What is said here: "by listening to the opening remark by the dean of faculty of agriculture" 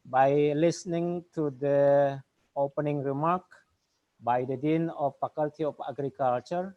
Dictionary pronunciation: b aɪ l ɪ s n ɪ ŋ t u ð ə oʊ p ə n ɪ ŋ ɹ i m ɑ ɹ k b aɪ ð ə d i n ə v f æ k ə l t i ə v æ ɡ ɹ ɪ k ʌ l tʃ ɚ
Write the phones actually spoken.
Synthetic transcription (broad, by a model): b aɪ l ɪ s n ɪ ŋ t u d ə oʊ p ə n ɪ ŋ ɹ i m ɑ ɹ k b aɪ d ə d i n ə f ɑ k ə l t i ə f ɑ ɡ ɹ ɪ k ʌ l tʃ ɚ